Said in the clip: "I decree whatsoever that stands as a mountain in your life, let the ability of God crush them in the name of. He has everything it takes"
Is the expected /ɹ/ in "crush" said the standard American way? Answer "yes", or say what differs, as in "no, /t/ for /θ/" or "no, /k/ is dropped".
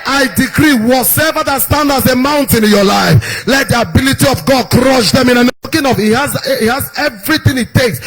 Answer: yes